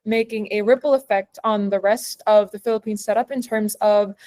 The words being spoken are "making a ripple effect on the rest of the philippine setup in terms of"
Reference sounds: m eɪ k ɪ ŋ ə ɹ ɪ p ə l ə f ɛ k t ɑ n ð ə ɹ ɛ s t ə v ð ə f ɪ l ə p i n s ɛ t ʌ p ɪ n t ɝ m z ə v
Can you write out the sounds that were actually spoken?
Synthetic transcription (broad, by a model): m eɪ k ɪ ŋ ə ɹ ɪ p l ə f ɛ k t n ð ə ɹ ɛ s t ə v ð ə f ɪ l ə p i n s ɛ t ʌ p ɪ n t ɝ m z ə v